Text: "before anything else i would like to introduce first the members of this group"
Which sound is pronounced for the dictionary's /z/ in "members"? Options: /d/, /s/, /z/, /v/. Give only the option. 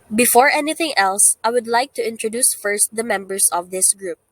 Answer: /s/